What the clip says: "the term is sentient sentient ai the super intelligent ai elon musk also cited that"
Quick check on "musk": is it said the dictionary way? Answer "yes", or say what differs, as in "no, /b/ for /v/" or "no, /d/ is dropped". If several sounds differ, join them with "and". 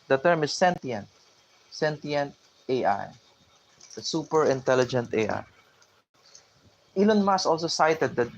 no, /k/ is dropped